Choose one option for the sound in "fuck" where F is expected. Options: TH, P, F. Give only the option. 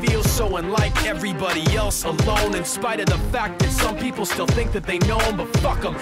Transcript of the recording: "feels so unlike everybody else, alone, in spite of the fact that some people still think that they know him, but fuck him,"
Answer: F